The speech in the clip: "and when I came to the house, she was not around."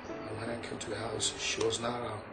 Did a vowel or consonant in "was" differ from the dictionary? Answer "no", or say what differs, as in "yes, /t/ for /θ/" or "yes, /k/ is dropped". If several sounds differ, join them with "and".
no